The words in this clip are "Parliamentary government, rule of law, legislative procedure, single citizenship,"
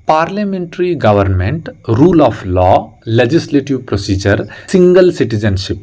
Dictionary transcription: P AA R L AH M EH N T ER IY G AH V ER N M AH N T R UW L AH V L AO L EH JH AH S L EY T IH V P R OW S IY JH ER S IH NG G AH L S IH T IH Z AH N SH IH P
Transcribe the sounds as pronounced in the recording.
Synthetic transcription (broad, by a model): P AA R L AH M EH N T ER IY G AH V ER N M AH N T R UW L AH P L AO L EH JH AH S L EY T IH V P R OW S IY JH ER S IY NG G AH L S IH T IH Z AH N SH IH P